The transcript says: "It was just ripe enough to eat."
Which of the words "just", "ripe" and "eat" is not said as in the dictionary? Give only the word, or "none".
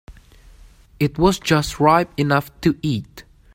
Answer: none